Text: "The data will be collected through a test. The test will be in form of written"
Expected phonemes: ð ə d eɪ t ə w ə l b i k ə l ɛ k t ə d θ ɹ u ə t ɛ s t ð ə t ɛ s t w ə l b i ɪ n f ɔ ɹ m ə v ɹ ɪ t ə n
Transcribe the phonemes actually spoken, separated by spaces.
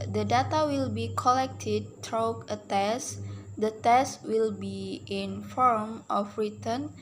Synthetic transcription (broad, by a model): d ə d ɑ t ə w ə l b i k ə l ɛ k t ə d t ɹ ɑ ə t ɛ s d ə t ɛ s t w ə l b i ɪ n f ɔ ɹ m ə f ɹ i t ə n